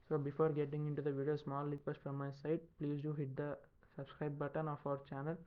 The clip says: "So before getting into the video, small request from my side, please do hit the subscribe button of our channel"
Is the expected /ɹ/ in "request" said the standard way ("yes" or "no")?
no